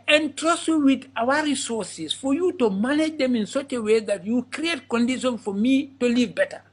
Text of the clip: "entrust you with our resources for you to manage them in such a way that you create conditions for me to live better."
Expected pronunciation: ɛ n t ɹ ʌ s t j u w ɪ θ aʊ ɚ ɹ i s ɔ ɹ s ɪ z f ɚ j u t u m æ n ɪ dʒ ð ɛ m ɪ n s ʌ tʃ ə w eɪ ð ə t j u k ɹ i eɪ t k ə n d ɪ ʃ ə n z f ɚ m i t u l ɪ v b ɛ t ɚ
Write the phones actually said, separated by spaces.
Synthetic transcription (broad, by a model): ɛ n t ɹ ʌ s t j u w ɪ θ aʊ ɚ ɹ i s ɔ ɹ s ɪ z f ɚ j u t u m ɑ n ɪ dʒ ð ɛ m ɪ n s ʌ tʃ ə w eɪ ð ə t j u k ɹ i eɪ t k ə n d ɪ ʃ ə n f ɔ m i t u l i v b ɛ t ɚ